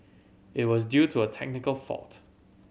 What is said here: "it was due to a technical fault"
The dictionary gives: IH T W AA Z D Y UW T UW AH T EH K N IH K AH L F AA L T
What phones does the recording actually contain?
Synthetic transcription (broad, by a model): IH T W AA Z D Y UW T UW AH T EH K N IH K AH L F AA L T